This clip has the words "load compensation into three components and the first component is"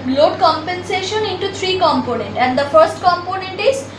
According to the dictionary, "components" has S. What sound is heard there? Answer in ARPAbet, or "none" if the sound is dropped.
none